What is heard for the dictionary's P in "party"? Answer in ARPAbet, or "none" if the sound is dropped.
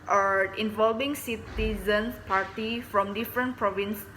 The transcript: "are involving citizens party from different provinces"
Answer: P